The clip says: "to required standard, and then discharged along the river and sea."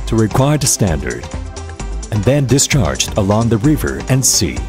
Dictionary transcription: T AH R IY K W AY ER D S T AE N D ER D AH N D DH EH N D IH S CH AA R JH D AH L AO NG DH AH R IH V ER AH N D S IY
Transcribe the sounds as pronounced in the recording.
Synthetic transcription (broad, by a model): T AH R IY K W AY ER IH S T AE N D ER D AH N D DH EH N D IH S CH AA R JH D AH L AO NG DH AH R IH V ER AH N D S IY